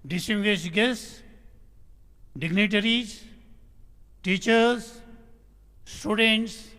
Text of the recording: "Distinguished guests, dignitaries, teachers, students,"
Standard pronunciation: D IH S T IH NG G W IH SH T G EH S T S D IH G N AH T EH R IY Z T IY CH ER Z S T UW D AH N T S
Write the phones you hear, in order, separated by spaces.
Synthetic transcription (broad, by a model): D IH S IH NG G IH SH G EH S S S D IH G N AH T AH R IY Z T IY CH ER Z S T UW D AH N T S